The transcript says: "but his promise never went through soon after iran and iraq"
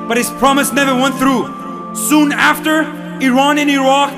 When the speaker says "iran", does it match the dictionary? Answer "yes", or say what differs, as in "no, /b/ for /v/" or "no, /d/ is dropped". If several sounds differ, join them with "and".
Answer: yes